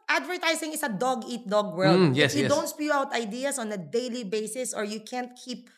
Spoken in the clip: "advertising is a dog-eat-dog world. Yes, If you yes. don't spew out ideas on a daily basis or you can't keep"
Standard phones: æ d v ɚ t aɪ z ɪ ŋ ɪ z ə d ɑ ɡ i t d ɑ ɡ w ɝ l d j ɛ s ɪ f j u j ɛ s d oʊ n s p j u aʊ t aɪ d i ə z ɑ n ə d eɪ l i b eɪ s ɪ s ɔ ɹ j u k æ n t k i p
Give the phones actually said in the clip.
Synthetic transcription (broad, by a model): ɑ d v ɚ t aɪ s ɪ ŋ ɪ s ə d ɑ ɡ i t d ɑ ɡ w ɝ l d j ɛ s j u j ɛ d oʊ n s p j u aʊ t aɪ d i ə s ɑ n ə d eɪ l i b eɪ s ɪ s ɔ ɹ j u k æ n t k i p